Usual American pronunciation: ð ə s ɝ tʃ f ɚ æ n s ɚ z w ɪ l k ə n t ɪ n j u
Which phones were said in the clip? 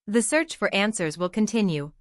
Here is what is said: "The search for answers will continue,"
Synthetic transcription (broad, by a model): ð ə s ɝ tʃ f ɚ æ n s ɚ z w ɪ l k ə n t ɪ n j u